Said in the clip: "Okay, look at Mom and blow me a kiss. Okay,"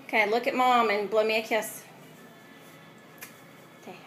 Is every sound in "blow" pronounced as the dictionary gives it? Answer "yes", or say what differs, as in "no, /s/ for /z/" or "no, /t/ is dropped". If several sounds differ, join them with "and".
yes